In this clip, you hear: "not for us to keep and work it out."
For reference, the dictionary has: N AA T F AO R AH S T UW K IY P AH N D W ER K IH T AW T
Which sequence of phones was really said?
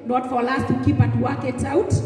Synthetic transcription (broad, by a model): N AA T F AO L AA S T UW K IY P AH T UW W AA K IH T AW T